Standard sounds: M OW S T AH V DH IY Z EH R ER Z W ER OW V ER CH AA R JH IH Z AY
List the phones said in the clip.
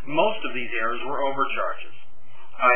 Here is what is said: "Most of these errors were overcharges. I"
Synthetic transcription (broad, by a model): M OW S T AH V DH IY Z EH R ER Z W ER OW V ER CH AA R JH IH Z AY